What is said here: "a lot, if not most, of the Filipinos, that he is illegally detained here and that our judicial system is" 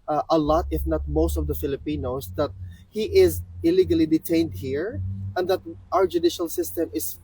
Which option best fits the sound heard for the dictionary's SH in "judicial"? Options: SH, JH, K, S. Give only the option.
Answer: SH